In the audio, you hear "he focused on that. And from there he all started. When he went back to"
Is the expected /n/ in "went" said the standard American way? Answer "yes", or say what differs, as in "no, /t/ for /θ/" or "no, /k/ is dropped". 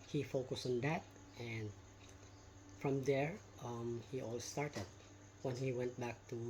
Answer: yes